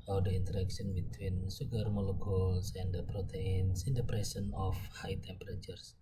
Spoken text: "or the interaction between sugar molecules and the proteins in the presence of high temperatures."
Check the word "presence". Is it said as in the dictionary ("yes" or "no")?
no